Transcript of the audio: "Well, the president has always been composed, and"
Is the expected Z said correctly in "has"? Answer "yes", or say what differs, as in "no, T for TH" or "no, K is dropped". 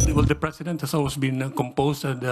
no, S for Z